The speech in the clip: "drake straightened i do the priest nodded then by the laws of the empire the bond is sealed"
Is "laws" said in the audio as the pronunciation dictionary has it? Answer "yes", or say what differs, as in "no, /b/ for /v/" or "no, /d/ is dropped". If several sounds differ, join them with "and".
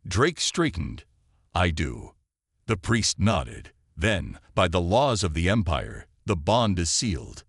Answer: yes